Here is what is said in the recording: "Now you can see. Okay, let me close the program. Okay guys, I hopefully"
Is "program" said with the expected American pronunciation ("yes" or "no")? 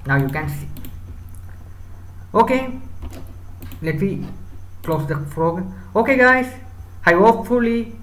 no